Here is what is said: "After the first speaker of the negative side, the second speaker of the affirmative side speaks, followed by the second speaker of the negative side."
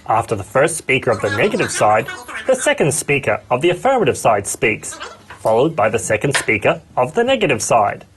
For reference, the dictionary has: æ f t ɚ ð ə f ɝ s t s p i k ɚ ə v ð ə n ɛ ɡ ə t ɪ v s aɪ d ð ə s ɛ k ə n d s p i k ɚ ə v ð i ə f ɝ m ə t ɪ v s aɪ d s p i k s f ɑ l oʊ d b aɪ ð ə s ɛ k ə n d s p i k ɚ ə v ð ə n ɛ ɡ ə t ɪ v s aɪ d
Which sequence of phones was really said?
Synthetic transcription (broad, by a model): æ f t ɚ ð ə f ɝ s t s p i k ɚ ə v ð ə n ɛ ɡ ə t ɪ v s aɪ d ð ə s ɛ k ə n d s p i k ɚ ə v ð i ə f ɝ m ə t ɪ v s aɪ d s p i k s f ɑ l oʊ d b aɪ ð ə s ɛ k ə n d s p i k ɚ ə v ð ə n ɛ ɡ ə t ɪ v s aɪ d